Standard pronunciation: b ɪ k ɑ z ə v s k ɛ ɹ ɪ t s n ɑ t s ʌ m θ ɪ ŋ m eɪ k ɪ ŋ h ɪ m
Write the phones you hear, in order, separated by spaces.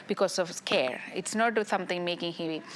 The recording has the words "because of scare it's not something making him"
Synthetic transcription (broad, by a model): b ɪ k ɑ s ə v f k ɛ ɹ ɪ t s n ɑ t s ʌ m t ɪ ŋ m eɪ k ɪ ŋ h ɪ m